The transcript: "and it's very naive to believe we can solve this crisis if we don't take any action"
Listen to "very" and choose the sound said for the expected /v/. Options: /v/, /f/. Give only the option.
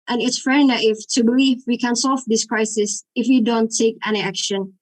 /f/